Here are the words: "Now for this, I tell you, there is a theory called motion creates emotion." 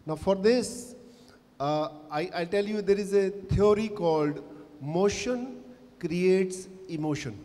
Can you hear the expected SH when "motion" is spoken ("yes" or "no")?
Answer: yes